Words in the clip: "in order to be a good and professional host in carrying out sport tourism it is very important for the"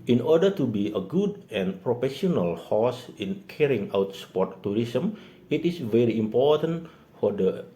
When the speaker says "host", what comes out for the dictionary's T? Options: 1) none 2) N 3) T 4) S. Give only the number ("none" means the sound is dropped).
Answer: 1